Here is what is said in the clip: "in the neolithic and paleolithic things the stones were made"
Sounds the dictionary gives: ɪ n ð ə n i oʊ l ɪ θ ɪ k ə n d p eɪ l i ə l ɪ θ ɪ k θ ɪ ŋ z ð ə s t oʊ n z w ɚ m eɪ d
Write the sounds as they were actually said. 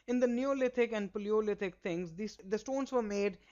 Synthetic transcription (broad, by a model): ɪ n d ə n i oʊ l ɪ t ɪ k ə n d p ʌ l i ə l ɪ t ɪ k t ɪ ŋ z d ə s t oʊ n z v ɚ m eɪ d